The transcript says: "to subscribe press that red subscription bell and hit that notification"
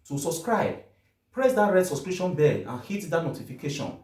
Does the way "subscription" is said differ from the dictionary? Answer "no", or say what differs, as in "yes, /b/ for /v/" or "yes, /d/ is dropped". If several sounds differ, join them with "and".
yes, /p/ is dropped